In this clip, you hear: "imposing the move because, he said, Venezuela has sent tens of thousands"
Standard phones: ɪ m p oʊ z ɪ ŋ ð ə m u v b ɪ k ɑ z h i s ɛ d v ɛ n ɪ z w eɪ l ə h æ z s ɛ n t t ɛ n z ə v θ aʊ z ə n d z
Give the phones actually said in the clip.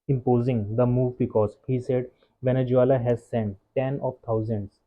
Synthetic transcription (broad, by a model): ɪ m p oʊ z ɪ ŋ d ə m u v b ɪ k ɑ z h i s ɛ d v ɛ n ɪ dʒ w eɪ l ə h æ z s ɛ n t t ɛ n ə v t aʊ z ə n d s